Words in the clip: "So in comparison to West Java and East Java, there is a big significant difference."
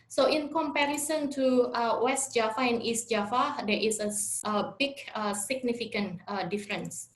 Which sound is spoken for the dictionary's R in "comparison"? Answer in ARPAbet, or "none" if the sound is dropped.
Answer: R